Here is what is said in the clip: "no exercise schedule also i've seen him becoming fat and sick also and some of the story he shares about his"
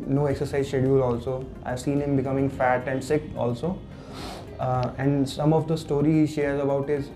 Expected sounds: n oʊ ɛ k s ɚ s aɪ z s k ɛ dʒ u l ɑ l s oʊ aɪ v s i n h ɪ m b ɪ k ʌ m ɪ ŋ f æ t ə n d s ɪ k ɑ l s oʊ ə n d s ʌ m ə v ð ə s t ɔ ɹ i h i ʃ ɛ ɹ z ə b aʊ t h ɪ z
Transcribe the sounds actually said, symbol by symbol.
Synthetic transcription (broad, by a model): n oʊ ɛ k s ɚ s aɪ z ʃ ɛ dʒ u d ɑ l s oʊ aɪ v s i n h ɪ m b ɪ k ʌ m ɪ ŋ f æ t ə n d s ɪ k ɑ l s oʊ ə n d s ʌ m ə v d ə s t ɔ ɹ i h i ʃ ɛ ɹ z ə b aʊ t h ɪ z